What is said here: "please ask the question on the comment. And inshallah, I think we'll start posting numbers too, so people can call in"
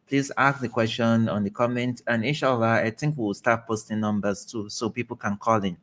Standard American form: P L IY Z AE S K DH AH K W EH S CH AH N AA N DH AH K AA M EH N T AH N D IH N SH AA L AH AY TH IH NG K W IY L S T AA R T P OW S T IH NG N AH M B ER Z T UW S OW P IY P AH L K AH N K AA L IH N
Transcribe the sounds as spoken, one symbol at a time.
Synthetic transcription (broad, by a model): P L IY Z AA S K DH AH K W EH S CH AH N AA N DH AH K AA M EH N T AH N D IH SH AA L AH AY T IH NG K W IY W S T AA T P OW S T IH NG N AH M B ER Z T UW S OW P IY P AH L K AH N K AA L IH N